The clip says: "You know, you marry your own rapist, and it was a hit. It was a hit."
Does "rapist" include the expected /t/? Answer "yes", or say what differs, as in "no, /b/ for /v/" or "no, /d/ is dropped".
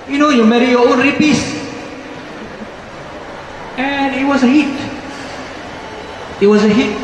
no, /t/ is dropped